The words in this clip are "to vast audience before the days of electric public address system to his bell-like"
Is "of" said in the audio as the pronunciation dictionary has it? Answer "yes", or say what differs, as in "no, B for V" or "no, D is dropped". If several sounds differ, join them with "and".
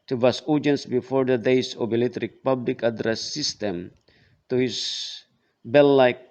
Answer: no, B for V